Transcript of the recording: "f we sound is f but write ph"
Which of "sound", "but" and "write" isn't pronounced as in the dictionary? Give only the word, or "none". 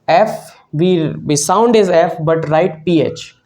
none